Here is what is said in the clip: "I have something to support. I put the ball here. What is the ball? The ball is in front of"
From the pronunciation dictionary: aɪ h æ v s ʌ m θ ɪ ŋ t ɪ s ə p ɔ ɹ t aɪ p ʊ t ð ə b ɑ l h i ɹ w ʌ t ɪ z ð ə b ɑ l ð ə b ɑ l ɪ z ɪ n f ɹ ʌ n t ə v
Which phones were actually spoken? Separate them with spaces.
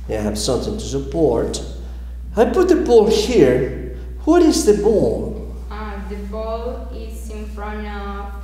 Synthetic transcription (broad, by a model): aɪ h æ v s ʌ m θ ɪ ŋ t ɪ s ə p ɔ ɹ t aɪ p ʊ t ð ə b ɑ l h i ɹ w ʌ t ɪ z ð ə b ɑ l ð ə b ɑ l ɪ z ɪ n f ɹ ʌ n ə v